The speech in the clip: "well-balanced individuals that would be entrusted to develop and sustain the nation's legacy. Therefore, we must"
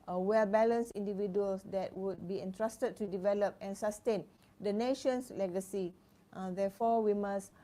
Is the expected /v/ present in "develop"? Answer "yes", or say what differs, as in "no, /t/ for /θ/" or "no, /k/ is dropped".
yes